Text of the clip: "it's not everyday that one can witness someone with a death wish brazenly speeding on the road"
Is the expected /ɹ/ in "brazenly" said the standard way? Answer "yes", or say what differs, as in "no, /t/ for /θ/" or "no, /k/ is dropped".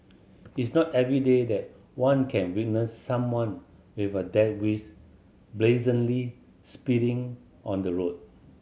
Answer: no, /l/ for /ɹ/